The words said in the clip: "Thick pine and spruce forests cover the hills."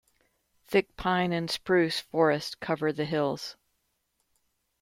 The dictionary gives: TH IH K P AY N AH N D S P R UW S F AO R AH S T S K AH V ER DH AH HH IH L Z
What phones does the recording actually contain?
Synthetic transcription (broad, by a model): TH IH K P AY N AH N S P R UW S F AO R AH S T K AH V ER DH AH HH IH L Z